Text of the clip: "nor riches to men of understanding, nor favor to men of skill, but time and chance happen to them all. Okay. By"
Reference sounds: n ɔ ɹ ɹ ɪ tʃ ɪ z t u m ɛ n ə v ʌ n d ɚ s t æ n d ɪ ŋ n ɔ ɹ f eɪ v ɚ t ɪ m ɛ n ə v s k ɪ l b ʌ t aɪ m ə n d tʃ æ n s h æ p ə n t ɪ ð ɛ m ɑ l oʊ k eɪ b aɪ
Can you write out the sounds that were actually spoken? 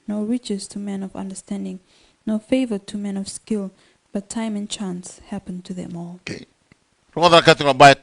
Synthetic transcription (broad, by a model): n ɔ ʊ ɹ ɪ tʃ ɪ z t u m ɛ n ə v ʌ n d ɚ s t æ n d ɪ ŋ n ɔ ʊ f eɪ v ɚ t ɪ m ɛ n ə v s k ɪ l b ʌ t aɪ m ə n tʃ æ n s h æ p ə n t ɪ ð ɛ m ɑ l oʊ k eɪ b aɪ